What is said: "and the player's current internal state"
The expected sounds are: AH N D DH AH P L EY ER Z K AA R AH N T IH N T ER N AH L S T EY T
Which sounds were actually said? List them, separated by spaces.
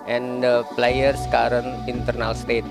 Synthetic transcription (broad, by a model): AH N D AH P L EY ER S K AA R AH N IH N T ER N AH L S T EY T